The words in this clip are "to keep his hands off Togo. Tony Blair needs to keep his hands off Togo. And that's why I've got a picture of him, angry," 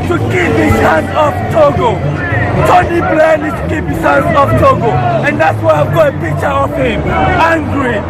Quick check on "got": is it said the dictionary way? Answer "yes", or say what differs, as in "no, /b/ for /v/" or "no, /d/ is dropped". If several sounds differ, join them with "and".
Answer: no, /t/ is dropped